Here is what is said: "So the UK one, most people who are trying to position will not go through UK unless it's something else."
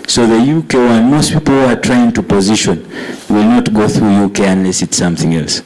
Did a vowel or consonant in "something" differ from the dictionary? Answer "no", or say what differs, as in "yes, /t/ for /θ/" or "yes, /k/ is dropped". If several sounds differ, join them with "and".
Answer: no